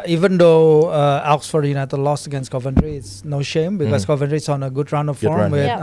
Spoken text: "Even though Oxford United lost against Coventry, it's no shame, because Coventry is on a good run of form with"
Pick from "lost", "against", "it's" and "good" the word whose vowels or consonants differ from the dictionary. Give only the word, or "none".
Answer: lost